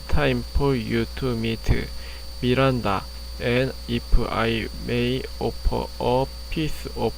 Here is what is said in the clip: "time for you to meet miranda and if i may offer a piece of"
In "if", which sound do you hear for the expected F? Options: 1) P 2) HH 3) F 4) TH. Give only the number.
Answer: 1